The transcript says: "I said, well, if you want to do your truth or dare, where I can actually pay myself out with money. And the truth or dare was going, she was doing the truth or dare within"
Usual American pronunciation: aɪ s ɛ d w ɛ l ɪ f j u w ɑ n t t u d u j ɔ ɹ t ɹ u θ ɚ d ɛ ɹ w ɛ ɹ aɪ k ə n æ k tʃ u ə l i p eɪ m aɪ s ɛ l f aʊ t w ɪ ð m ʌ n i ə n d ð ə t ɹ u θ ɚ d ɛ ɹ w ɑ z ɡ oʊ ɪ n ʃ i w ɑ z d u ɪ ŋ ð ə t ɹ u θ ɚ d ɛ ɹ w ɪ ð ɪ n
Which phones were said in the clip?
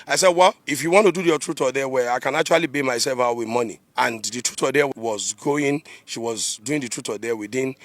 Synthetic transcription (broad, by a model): aɪ s ɛ d w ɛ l ɪ f j u w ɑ n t t u d u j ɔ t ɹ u t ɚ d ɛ w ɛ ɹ aɪ k ə n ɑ k tʃ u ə l i b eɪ m aɪ s ɛ l f aʊ t w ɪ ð m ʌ n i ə n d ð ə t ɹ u t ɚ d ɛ w w ɑ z ɡ oʊ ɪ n ʃ i w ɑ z d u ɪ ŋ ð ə t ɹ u t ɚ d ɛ w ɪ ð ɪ n